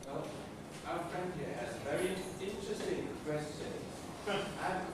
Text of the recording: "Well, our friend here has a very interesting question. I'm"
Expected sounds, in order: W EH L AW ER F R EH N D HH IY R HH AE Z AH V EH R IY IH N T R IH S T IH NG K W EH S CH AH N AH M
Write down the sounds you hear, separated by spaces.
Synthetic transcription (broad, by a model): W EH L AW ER F R EH N D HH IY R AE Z AH V EH R IY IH N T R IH S T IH NG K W EH S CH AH AH